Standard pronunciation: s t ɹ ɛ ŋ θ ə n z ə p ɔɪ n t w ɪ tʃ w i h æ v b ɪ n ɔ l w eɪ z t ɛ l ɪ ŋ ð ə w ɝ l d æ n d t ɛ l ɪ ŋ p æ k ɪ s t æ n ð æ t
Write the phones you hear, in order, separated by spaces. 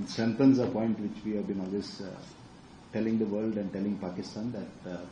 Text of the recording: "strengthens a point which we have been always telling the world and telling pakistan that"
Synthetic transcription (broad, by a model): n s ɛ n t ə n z ə p ɔɪ n t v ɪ tʃ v i h æ v b ɪ n ɔ l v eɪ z t ɛ l ɪ ŋ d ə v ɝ l d æ n d t ɛ l ɪ ŋ p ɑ k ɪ s t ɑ n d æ t